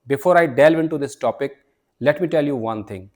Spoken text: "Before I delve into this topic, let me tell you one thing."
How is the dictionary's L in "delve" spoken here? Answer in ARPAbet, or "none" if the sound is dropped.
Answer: L